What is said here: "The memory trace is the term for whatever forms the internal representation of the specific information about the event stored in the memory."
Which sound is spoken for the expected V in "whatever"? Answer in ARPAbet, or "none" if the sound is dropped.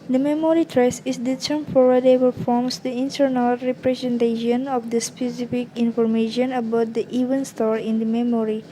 P